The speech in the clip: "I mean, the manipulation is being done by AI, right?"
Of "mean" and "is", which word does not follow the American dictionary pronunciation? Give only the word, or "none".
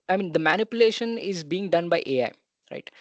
none